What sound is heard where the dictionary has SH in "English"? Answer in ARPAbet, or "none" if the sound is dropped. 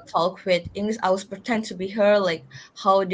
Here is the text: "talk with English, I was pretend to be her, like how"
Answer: S